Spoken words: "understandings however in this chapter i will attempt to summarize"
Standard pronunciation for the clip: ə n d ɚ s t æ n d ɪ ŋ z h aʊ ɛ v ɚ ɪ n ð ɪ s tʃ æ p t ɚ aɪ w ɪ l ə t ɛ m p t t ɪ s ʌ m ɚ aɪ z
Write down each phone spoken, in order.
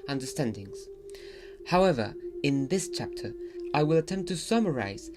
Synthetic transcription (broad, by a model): ə n d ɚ s t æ n d ɪ ŋ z h aʊ ɛ v ɚ ɪ n ð ɪ s tʃ æ p t ɚ aɪ w ɪ l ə t ɛ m p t t ɪ s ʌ m ɚ aɪ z